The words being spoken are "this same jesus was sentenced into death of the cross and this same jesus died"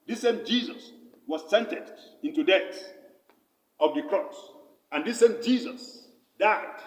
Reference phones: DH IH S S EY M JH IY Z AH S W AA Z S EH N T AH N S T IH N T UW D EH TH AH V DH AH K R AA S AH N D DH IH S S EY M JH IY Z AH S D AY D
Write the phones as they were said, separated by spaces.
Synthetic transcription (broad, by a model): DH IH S S EY M JH IY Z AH S W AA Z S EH N T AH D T IH N T UW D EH S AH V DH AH K R AA S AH N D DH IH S S EY M JH IY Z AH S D AY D